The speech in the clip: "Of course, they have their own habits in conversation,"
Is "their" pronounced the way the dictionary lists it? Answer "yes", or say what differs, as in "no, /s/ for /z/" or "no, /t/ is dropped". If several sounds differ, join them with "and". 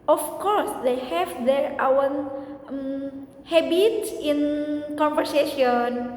no, /w/ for /ɹ/